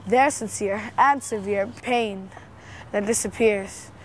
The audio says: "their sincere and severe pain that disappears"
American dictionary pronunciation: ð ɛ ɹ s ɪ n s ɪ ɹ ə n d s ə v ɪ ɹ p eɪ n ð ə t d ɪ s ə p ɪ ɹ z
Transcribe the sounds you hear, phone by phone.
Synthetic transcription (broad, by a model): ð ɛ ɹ s ɪ n s ɪ ɹ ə n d s ə v ɪ ɹ p eɪ n ð ə t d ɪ s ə p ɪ ɹ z